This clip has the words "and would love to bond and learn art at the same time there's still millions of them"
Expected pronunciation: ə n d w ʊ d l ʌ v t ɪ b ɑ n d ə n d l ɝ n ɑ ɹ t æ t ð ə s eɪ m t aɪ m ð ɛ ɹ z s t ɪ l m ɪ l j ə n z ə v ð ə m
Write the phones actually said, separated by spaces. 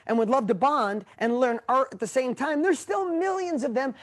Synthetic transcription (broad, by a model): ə n w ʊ d l ʌ v t ɪ b ɑ n d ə n l ɝ n ɑ ɹ t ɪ t ð ə s eɪ m t aɪ m ð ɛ ɹ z s t ɪ l m ɪ l j ə n z ə v ð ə m